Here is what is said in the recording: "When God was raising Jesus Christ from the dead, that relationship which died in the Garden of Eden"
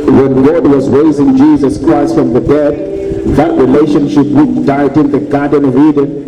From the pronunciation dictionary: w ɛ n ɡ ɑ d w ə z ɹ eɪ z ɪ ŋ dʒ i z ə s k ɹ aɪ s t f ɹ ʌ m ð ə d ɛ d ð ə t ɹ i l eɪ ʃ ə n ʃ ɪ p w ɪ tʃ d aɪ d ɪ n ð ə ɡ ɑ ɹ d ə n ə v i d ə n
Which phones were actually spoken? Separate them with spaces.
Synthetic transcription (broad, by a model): w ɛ n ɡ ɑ d w ə z ɹ eɪ z ɪ ŋ dʒ i z ə s k ɹ aɪ s t f ɹ ʌ m ð ə d ɛ d ð ə t ɹ i l eɪ ʃ ə n ʃ ɪ p w ɪ tʃ d aɪ d ɪ n ð ə ɡ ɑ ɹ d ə n ə v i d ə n